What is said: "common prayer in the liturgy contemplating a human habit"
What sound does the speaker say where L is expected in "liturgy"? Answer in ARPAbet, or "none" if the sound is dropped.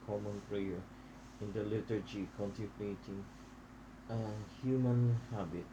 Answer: L